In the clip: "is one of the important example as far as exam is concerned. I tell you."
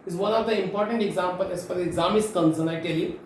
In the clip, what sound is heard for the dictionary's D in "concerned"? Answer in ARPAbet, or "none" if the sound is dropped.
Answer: none